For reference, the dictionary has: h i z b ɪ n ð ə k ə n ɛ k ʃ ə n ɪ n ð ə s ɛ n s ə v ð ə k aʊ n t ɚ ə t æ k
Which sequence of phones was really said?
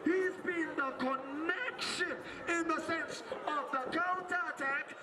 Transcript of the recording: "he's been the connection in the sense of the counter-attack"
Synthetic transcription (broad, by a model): h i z b ɪ n ð ə k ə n ɛ k ʃ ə n ɪ n ð ə s ɛ n s ə v ð ə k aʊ n t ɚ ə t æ k